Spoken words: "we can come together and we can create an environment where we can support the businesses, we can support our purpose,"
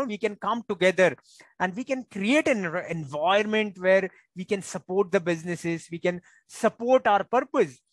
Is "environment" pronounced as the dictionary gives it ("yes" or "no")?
no